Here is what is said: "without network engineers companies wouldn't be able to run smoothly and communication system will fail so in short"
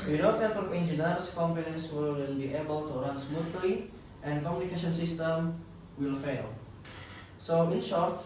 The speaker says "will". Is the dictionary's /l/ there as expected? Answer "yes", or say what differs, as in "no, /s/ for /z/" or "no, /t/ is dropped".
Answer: yes